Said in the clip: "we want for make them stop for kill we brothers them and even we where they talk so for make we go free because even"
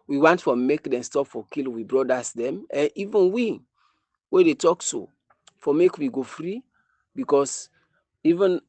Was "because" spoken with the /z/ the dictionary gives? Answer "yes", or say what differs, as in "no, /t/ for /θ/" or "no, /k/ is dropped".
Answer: no, /s/ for /z/